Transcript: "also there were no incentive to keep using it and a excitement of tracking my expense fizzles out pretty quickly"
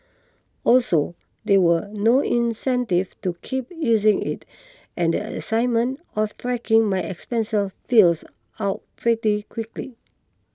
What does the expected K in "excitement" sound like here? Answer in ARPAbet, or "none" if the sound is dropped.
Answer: none